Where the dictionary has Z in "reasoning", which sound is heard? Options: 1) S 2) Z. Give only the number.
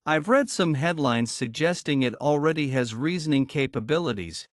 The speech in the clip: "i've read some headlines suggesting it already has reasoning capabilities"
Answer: 2